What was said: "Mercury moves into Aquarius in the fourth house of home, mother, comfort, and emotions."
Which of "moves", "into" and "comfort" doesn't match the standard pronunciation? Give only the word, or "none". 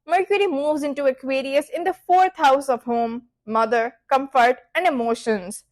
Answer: none